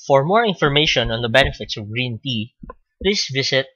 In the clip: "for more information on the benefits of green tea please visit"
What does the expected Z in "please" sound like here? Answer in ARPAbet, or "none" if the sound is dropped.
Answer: S